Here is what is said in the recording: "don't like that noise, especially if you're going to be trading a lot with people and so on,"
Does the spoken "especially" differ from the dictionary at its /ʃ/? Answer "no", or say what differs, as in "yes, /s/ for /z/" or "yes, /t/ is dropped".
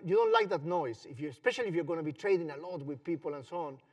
no